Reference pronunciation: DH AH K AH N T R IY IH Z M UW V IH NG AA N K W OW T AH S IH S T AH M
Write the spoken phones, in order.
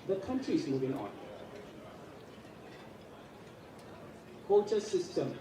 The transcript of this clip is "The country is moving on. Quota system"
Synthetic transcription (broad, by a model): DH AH K AH N T R IY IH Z M UW V IH NG AA N K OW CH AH S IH S T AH M